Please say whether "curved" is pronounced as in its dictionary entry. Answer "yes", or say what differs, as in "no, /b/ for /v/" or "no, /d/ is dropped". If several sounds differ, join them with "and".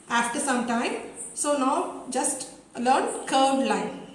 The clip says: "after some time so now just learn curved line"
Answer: no, /v/ is dropped